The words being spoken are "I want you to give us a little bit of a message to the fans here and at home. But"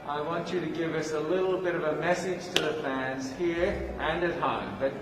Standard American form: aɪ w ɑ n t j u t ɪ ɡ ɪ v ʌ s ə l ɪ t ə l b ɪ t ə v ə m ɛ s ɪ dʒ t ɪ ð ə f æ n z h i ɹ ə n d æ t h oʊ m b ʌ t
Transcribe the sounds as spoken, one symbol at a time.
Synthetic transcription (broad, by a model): aɪ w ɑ n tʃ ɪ t ɪ ɡ ɪ v ʌ s ə l ɪ t l b ɪ t ə v ə m ɛ s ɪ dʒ t ɪ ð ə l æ n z h i ɹ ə n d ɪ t h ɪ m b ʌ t